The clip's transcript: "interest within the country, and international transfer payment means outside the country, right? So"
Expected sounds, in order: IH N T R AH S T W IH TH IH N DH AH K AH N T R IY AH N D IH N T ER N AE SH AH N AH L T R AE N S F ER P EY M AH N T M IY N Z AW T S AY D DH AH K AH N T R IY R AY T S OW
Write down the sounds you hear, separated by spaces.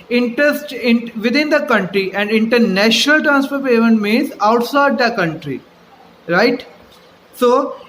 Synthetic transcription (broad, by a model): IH N T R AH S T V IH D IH N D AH K AH N T R IY AH N D IH N T ER N AE SH AH N AH L T R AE N S P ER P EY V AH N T M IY N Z AW T S AY D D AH K AH N T R IY R AY T S OW